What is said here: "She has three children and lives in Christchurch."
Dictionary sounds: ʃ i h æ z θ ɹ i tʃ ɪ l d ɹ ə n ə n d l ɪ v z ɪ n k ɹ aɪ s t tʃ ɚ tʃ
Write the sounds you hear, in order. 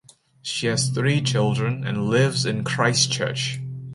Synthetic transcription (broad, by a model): ʃ i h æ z θ ɹ i tʃ ɪ l d ɹ ə n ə n l ɪ v z ɪ n k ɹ aɪ s tʃ ɚ tʃ